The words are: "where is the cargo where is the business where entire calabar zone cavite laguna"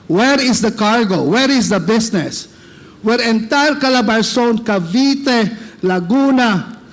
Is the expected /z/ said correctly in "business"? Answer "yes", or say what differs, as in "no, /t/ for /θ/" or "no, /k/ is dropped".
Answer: no, /s/ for /z/